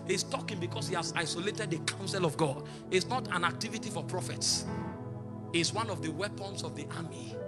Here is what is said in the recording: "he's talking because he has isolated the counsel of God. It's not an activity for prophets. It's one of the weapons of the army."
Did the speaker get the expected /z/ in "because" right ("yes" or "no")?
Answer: no